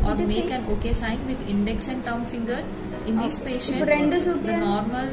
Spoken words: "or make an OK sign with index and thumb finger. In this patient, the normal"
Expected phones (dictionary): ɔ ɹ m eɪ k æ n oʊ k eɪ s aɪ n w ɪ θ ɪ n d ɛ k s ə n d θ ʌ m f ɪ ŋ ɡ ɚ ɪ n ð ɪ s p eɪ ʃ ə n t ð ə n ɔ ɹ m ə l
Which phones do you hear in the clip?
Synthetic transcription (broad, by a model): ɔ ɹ m eɪ k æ n oʊ k eɪ s aɪ n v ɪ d ɪ n d ɛ k s ə n d t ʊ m f ɪ ŋ ɡ ɚ ɪ n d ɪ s p eɪ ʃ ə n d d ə n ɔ ɹ m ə l